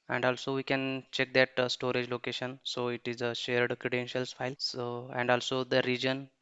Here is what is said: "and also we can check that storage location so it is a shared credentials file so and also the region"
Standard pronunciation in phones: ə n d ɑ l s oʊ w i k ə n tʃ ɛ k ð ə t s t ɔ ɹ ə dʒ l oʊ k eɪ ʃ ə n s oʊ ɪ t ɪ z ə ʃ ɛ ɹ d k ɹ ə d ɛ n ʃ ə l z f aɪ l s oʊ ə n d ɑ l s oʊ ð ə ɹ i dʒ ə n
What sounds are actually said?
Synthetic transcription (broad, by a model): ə n d ɑ l s oʊ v i k ə n tʃ ɛ k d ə t s t ɔ ɹ ə dʒ l oʊ k eɪ ʃ ə n s oʊ ɪ t ɪ z ə ʃ ɛ ɹ d k ɹ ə d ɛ n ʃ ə l s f aɪ l s oʊ ə n d ɑ l s oʊ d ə ɹ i dʒ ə n